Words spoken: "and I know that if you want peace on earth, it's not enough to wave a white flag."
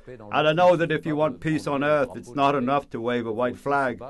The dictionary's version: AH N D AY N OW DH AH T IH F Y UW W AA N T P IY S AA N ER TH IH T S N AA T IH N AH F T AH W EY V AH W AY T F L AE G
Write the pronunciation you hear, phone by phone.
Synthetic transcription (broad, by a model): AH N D AY N OW DH AH T IH F Y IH W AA N P IY S N ER TH IH T S N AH T IH N AH F T AH W EY V AH W AY T F L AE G